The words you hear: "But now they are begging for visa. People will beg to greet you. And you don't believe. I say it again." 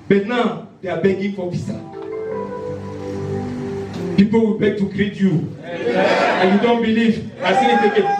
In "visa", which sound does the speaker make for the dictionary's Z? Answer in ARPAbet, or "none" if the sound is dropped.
S